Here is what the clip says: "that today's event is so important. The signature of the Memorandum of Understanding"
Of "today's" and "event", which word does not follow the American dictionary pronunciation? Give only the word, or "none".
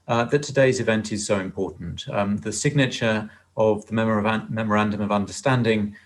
none